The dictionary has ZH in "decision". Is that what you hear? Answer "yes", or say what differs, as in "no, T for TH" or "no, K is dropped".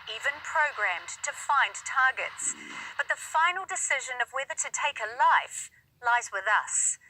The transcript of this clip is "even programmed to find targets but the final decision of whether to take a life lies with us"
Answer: yes